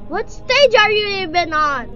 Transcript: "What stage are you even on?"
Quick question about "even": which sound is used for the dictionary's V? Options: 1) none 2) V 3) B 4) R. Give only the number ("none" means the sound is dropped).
3